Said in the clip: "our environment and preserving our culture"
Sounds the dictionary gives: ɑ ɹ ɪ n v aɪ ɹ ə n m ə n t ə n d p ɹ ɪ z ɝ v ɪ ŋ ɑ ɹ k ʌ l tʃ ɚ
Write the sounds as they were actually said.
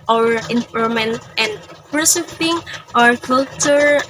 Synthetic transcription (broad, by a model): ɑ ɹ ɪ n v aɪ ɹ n m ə n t ə n d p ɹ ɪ s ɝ p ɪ ŋ ɑ ɹ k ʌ l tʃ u